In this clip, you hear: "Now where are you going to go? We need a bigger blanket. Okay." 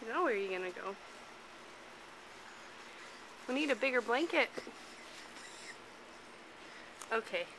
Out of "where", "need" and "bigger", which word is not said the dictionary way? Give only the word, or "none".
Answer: where